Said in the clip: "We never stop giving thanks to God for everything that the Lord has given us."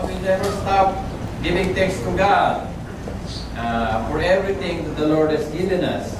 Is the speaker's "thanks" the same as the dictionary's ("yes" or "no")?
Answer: no